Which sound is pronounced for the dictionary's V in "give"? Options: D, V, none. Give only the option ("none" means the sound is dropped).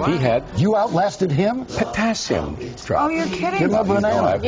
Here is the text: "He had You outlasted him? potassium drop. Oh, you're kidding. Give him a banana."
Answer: none